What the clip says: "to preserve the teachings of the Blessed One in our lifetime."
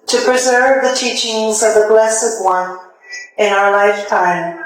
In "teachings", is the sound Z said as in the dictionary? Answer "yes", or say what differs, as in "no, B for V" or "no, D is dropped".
yes